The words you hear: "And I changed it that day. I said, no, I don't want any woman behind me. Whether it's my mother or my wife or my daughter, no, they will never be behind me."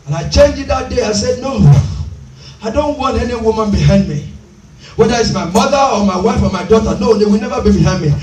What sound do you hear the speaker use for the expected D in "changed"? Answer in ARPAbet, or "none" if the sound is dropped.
none